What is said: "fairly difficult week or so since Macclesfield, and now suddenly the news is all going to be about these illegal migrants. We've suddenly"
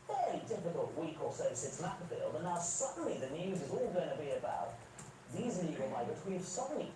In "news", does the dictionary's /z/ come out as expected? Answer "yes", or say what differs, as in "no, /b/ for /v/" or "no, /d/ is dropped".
yes